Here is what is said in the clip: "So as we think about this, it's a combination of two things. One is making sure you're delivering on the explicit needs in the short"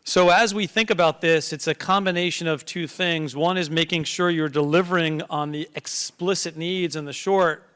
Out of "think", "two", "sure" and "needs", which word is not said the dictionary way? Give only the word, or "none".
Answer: none